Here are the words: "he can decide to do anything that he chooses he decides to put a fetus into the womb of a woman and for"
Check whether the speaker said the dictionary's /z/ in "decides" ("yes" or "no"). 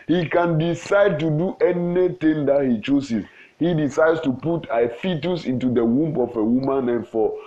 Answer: no